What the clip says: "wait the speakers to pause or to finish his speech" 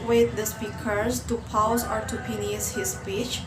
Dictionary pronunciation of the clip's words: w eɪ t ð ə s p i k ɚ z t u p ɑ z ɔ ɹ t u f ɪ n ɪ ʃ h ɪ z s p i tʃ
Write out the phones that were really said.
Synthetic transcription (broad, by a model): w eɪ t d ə s p i k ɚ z t u p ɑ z ɔ ɹ t u p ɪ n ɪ s h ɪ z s p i tʃ